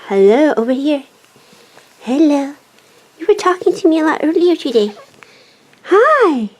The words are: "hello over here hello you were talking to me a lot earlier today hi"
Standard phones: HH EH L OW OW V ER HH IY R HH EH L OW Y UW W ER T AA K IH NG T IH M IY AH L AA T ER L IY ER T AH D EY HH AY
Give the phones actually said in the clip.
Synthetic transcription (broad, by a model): HH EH L OW OW V ER HH IY R HH EH L OW Y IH W ER T AA K IH NG T IH M IY AH L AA T ER L IY ER T AH D EY HH AY